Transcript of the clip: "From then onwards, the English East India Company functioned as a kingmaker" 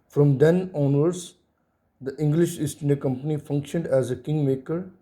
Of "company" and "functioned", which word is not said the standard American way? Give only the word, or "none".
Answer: none